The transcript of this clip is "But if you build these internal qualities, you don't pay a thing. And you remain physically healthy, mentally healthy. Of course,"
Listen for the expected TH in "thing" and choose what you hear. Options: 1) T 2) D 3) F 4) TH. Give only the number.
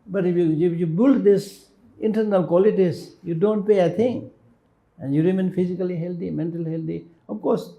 1